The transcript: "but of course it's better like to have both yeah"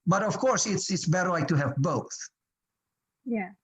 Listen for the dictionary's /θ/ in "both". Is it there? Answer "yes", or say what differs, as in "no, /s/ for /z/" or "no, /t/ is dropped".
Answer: yes